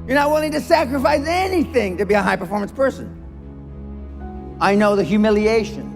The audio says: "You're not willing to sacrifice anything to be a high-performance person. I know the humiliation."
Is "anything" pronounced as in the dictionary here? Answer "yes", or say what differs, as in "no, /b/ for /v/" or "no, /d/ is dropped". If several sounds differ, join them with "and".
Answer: yes